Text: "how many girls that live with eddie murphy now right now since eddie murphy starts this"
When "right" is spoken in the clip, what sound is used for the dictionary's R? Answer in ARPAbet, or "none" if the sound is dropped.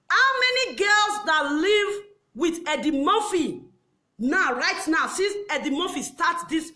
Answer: R